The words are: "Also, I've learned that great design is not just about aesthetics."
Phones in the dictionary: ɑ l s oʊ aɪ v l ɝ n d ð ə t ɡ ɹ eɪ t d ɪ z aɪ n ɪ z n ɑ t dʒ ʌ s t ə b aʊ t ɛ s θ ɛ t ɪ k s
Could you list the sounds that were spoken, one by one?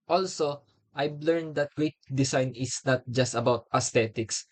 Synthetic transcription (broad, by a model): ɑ l s oʊ aɪ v l ɝ n d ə t ɡ ɹ eɪ t d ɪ s aɪ n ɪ s n ɑ t dʒ ʌ s t ə b aʊ t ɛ s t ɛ t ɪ k s